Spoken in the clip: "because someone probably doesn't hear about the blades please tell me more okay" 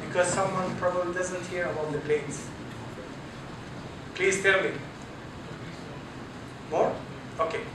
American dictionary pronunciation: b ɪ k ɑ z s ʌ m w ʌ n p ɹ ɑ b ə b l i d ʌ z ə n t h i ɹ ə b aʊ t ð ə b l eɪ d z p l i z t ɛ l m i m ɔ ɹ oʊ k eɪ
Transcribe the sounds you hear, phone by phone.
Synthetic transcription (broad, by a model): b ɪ k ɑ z s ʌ m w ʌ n p ɹ ɑ b ə b l i d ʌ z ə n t h i ɹ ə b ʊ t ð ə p l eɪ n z p l i z t ɛ l m i m ɔ ɹ oʊ k eɪ